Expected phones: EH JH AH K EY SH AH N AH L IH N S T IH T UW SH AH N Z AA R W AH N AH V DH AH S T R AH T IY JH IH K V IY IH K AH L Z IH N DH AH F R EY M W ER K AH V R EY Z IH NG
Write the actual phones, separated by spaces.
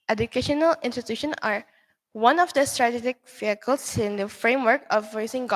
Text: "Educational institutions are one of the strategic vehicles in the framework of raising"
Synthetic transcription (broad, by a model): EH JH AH K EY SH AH N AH L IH N S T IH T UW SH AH N AA R W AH N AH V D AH S T R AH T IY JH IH K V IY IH K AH L S IH N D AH F R EY M W ER K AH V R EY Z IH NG